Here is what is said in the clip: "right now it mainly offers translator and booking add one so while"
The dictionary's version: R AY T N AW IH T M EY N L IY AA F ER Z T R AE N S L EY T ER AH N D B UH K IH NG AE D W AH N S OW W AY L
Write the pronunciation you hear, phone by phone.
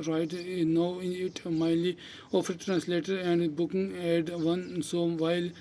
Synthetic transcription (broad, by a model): R AY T N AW IH T M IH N L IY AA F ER T R AE N S L EY T ER AH N D B UH K IH NG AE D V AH N S OW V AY L